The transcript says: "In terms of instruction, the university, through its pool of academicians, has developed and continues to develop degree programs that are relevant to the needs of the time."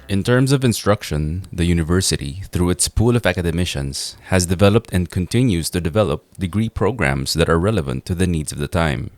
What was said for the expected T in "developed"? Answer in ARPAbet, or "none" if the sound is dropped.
T